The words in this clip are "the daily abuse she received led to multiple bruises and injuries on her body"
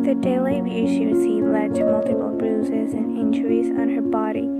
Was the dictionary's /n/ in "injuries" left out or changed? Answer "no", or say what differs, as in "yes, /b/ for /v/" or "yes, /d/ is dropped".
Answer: no